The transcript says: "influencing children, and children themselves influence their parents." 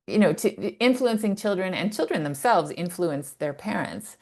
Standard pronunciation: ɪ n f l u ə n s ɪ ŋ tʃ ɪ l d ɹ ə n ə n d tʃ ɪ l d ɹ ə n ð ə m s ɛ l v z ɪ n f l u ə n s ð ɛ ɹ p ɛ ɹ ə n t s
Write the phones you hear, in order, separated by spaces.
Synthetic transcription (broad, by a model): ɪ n f l u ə n s ɪ ŋ tʃ ɪ l d ɹ ə n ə n tʃ ɪ l d ɹ ə n ð ə m s ɛ l v z ɪ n f l u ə n s ð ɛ ɹ p ɛ ɹ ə n t s